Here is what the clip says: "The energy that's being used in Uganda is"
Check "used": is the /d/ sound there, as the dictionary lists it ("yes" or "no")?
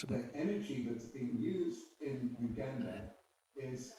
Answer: yes